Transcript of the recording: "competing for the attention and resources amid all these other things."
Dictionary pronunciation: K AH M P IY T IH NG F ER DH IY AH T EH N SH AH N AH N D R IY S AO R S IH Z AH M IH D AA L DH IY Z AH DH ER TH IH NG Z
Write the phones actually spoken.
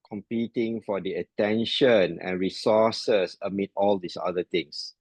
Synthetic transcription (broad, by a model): K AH M P IY T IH NG F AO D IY AH T EH N SH AH N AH N R IY S AO S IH S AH M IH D AA L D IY S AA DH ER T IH NG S